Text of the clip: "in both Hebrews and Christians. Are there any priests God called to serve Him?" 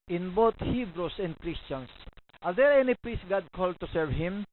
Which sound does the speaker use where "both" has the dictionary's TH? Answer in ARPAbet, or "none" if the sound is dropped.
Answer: T